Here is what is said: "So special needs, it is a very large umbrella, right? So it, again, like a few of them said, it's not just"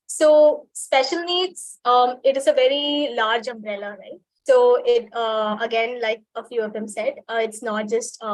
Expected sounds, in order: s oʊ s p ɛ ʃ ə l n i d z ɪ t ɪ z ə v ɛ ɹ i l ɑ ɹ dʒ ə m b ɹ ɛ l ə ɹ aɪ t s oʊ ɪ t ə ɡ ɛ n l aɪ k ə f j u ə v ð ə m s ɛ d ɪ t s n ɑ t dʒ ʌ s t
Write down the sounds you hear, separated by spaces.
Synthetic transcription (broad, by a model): s oʊ s p ɛ ʃ ə l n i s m ɪ t ɪ z ə v ɛ ɹ i l ɑ ɹ dʒ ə m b ɹ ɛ l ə ɹ aɪ t s oʊ ɪ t ə ɡ ɛ n l aɪ k ə f j u ə v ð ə m s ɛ d ɪ t s n ɑ t dʒ ʌ s t